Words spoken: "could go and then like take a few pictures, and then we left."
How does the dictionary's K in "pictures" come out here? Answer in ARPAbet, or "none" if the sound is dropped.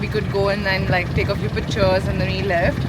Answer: none